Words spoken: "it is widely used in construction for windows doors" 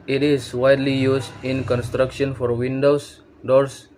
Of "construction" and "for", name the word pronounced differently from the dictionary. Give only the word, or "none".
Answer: none